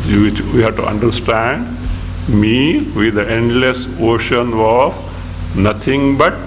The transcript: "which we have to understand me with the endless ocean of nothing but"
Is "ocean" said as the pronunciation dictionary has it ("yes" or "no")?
yes